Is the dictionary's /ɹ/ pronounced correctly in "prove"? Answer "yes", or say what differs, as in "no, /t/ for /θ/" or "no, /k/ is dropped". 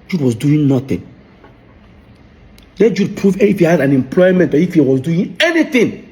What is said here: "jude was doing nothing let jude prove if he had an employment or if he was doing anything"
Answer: yes